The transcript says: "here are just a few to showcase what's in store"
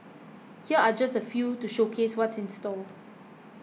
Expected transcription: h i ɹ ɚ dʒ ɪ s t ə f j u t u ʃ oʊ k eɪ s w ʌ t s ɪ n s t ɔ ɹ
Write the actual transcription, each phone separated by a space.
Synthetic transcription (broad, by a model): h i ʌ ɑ dʒ ɪ s t ə f j u t u ʃ oʊ k eɪ s w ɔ t s ɪ n s t ɔ l